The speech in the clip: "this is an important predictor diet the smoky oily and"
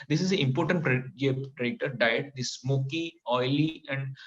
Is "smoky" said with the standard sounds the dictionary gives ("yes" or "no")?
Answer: yes